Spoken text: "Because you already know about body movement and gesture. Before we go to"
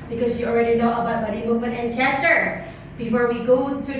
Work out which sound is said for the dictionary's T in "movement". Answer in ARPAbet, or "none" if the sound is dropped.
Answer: none